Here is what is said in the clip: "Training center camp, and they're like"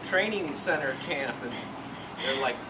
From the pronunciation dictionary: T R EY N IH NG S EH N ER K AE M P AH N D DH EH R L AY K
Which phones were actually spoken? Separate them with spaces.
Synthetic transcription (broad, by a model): T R EY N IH NG S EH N ER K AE P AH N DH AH R L AY K